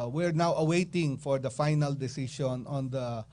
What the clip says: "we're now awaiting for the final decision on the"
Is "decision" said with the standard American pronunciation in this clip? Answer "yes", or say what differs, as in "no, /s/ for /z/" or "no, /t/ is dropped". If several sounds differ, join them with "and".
no, /ʃ/ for /ʒ/